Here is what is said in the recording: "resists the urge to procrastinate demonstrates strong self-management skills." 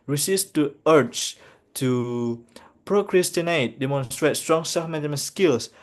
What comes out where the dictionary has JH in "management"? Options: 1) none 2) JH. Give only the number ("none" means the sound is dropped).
1